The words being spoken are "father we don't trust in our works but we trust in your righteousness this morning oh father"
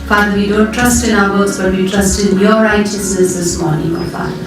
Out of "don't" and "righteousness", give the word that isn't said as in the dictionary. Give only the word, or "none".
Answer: righteousness